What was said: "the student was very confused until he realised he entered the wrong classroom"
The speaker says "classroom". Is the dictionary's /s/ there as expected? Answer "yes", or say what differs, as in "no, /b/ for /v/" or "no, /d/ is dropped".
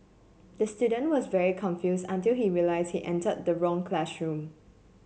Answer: no, /ʃ/ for /s/